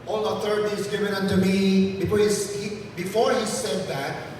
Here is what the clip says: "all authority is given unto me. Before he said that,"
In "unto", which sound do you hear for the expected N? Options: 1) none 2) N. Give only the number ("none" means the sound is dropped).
2